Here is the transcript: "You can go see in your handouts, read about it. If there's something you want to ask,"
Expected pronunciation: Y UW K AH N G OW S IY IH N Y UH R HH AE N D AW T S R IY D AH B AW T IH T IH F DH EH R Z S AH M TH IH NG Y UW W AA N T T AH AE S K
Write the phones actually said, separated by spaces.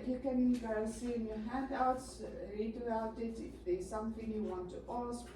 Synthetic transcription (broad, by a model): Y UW K AH N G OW S IY IH N Y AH HH AE N D AW T S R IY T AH AW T IH T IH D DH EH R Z S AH M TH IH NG Y UW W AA N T T AH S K